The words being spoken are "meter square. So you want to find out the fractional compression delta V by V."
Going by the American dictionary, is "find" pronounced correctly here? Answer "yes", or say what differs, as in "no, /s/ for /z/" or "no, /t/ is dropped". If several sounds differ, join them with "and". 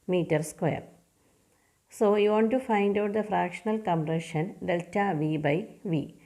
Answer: yes